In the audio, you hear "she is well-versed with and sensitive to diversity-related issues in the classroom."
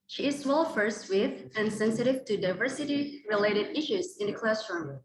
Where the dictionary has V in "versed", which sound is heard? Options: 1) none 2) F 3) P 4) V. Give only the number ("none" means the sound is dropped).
2